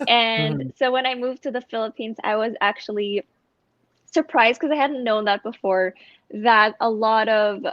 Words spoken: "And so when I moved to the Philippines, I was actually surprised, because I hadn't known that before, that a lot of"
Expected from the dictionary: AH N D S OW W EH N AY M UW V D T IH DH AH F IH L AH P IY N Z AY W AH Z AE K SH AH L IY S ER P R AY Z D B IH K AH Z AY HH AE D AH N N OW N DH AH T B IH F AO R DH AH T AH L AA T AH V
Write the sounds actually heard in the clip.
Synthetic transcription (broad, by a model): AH N S OW W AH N AY M UW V T IH DH AH F IH L AH P IY N Z AY W AH Z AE K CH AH L IY S ER P R AY Z D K AH Z AY HH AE D N N OW N DH AH T B IH F AO R DH AH T AH L AA T AH V